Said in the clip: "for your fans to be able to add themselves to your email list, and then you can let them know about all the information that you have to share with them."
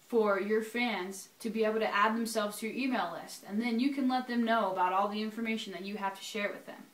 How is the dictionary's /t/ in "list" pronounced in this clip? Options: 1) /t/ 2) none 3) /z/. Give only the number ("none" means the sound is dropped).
1